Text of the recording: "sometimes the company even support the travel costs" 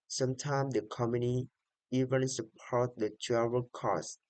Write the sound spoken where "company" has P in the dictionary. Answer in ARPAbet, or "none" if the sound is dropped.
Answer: none